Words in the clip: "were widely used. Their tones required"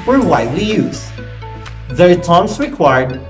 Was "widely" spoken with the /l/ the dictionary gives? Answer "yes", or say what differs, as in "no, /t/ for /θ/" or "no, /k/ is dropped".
yes